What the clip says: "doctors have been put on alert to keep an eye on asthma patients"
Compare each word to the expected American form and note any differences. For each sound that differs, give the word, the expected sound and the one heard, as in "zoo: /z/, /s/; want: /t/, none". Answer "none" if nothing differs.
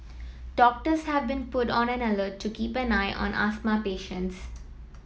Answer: alert: /l/, /n/; asthma: /z/, /s/